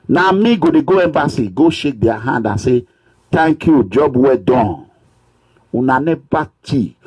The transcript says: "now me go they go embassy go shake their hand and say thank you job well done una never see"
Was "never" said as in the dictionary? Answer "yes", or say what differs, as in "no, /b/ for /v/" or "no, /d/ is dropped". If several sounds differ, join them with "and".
no, /b/ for /v/